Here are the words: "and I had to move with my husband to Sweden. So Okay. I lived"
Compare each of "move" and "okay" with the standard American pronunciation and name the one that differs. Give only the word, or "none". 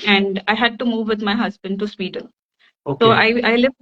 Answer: okay